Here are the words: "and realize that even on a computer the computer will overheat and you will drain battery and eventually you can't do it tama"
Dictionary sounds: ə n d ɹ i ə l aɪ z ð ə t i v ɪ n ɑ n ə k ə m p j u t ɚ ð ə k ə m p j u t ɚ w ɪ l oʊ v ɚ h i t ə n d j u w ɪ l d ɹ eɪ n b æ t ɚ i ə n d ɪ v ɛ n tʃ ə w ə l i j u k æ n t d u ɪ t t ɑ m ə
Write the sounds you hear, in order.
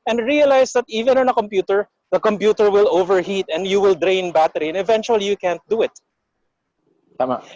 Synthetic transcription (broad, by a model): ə n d ɹ i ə l aɪ s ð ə t i v ɪ n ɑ n ə k ə m p j u t ɚ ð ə k ə m p j u t ɚ w ɪ l oʊ v ɚ h i t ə n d j u w ɪ l d ɹ eɪ n b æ t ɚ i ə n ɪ v ɛ n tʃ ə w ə l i j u k æ n t d u ɪ t t ɑ m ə